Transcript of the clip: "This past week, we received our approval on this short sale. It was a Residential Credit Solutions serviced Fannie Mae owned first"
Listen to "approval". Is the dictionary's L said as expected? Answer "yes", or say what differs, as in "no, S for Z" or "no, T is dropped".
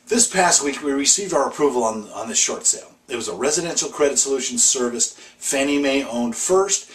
no, N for L